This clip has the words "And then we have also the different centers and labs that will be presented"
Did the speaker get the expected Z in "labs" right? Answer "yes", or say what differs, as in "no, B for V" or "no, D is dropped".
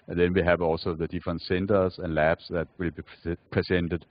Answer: no, S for Z